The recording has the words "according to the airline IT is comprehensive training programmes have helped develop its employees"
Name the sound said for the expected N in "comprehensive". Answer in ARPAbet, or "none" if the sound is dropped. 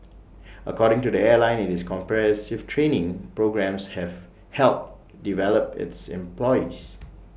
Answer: none